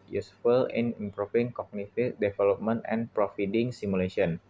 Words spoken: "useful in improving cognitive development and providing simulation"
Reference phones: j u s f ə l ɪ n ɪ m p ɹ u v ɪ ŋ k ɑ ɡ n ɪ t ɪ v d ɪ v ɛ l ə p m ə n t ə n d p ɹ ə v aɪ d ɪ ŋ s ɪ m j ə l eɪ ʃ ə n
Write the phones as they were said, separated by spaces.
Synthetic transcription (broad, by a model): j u s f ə l ɪ n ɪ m p ɹ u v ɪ ŋ k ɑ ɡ n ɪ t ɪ d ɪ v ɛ l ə p m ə n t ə n p ɹ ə f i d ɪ ŋ s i m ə l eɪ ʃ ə n